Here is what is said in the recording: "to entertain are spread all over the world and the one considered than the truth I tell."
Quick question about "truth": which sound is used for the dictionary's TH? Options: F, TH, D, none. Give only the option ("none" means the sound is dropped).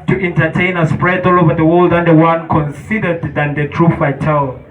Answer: F